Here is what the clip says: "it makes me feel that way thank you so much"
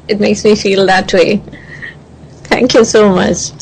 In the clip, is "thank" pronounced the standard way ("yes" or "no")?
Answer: no